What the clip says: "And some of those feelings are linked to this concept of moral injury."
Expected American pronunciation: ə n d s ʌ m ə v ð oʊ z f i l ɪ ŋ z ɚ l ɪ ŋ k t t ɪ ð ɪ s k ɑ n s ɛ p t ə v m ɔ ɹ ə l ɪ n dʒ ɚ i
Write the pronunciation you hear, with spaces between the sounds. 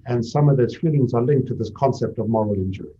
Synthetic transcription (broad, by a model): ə n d s ʌ m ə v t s f i l ɪ ŋ z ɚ l ɪ ŋ k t t ɪ ð ɪ s k ɑ n s ɛ p t ə v m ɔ ɹ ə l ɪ n dʒ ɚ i